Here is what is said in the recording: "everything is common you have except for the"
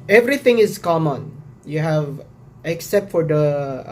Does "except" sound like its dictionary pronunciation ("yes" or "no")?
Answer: yes